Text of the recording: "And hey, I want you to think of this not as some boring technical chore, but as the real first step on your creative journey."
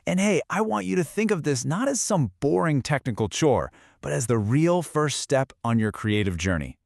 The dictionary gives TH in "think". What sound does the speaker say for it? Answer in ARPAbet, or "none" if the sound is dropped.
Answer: TH